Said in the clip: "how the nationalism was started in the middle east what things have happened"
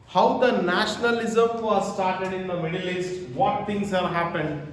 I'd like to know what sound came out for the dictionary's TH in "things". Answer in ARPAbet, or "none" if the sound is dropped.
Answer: T